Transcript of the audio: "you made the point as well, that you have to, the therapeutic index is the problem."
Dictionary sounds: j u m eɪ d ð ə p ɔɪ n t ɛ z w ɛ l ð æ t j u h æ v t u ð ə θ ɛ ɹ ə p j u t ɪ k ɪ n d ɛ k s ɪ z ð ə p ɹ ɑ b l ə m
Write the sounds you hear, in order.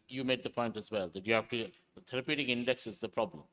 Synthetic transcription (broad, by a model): j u m eɪ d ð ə p ɔɪ n t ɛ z w ɛ l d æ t j u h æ f t u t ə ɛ ɹ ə p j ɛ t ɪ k ɪ n d ɛ k s ɪ z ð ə p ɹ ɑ b l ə m